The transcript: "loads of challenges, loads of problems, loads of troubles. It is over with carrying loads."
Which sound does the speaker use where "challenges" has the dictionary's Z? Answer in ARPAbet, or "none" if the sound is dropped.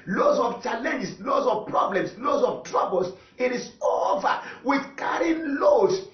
S